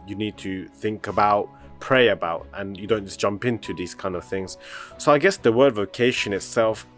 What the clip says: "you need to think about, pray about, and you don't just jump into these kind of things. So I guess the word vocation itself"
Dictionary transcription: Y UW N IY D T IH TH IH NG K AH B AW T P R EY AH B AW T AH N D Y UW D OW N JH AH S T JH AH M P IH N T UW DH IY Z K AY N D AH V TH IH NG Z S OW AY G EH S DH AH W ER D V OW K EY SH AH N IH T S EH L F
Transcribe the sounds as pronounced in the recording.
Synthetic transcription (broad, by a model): Y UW N IY D T IH TH IH NG K AH B AW T P R EY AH B AW T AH N Y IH D OW N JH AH S JH AH M P IH N T UW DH IY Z K AY N D AH V TH IH NG Z S OW AY G EH S DH AH W ER D V OW K EY SH AH N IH T S EH L F